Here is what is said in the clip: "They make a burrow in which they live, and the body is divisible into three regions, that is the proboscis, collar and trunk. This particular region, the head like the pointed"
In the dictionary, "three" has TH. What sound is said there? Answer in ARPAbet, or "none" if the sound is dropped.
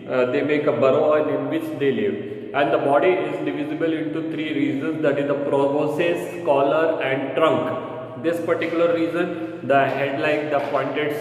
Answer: T